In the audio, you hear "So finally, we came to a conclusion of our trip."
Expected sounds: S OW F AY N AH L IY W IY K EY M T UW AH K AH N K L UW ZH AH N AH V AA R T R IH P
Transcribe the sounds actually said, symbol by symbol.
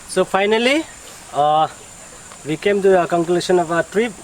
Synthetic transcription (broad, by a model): S OW P AY N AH L IY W IY K EY M T UW AH K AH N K L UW S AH N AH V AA T R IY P